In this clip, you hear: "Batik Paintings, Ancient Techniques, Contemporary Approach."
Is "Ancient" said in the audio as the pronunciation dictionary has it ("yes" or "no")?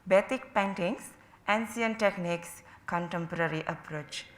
no